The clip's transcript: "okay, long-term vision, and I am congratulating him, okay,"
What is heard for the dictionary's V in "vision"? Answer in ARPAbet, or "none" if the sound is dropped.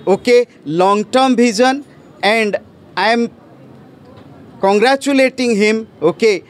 B